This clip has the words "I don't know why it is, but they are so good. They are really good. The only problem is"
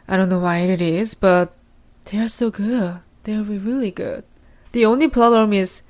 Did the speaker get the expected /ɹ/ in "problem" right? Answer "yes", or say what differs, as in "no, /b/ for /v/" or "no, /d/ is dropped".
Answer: no, /l/ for /ɹ/